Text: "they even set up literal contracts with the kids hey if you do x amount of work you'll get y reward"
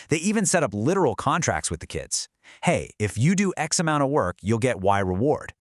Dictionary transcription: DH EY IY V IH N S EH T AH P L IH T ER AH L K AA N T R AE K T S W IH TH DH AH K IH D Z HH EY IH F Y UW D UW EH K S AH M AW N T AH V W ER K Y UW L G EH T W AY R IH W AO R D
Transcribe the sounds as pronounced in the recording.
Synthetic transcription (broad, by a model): DH EY IY V IH N S EH T AH P L IH T ER L K AA N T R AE K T S W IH DH AH K IH D Z HH EY IH F Y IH D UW EH K S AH M AW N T AH V W ER K Y UW L G EH T W AY R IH W AO R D